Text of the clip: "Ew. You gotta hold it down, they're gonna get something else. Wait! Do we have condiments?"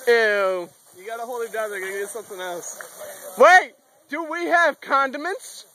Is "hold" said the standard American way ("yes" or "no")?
no